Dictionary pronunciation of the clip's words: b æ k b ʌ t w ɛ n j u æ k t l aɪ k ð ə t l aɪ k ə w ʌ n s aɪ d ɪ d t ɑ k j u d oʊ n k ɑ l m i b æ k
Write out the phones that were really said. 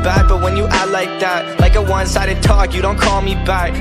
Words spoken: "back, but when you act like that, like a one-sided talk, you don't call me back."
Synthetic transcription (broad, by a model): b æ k b ʌ t w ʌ n j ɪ t l aɪ k ð ə t l aɪ k ə w ʌ n s aɪ d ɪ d t ɑ k j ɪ d oʊ n k ɑ l m i b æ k